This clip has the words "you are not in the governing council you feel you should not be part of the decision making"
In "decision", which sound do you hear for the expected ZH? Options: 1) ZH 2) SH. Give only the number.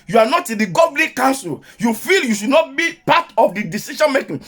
2